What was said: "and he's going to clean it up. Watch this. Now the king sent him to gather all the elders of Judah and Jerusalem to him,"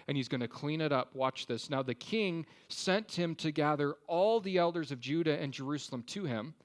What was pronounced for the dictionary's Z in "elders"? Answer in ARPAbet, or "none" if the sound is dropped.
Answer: Z